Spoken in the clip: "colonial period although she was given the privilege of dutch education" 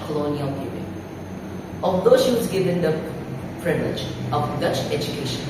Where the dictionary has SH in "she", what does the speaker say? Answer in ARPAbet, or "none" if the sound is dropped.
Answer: SH